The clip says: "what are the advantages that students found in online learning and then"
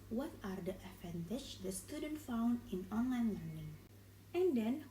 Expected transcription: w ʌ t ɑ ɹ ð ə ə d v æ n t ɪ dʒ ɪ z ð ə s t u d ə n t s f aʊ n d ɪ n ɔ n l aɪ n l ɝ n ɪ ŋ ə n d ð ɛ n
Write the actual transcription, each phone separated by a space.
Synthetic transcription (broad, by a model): w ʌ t ɑ ɹ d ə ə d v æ n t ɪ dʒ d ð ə s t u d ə n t f aʊ n d ɪ n ɔ n l aɪ n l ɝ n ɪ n ə n d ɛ n